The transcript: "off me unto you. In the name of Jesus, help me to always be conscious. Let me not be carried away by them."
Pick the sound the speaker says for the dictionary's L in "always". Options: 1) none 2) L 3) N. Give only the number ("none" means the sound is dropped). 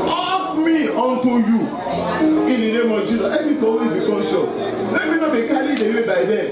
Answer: 1